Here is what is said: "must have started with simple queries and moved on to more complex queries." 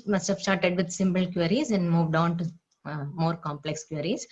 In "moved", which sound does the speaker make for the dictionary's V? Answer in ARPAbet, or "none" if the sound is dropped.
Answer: V